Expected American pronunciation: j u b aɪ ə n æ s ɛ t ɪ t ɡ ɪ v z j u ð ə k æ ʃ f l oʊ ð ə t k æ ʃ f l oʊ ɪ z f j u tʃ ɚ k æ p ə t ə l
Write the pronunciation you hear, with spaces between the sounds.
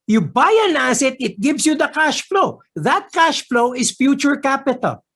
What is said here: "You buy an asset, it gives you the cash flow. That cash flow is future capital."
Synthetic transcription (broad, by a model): j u b aɪ ə n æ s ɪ t ɪ t ɡ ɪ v s j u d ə k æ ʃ f l oʊ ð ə t k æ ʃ f l oʊ ɪ s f j u tʃ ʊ k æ p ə t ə l